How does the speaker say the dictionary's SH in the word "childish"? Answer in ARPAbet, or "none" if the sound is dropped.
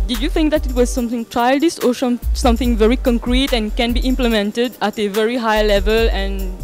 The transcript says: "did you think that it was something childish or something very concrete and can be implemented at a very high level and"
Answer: S